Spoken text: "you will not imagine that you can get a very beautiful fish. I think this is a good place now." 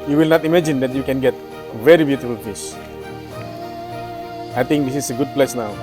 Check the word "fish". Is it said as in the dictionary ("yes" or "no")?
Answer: no